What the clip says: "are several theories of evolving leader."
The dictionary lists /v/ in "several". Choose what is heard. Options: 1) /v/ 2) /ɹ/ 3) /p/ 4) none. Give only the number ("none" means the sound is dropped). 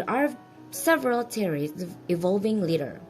1